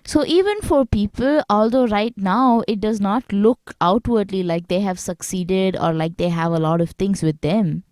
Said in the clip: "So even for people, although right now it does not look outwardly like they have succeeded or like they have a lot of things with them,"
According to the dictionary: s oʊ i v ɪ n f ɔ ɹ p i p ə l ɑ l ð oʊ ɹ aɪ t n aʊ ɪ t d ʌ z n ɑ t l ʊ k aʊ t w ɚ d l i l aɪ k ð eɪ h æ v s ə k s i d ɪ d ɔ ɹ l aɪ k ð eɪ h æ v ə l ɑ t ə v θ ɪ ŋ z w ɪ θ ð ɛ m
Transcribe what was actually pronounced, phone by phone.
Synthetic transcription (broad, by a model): s oʊ i v ɪ n f ɔ ɹ p i p ə l ɑ l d oʊ ɹ aɪ t n aʊ ɪ t d ʌ z n ɑ t l ʊ k aʊ t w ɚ d l i l aɪ k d eɪ h æ v s ə k s i d ɪ d ɔ ɹ l aɪ k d eɪ h æ v ə l ɑ t ə v t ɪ ŋ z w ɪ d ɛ m